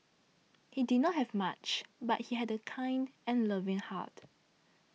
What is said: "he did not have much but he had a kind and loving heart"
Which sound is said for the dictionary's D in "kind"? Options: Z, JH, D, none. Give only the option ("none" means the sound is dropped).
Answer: D